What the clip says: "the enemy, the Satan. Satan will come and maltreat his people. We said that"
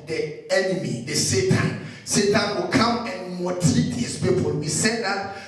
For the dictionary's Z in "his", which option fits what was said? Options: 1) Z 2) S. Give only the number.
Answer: 2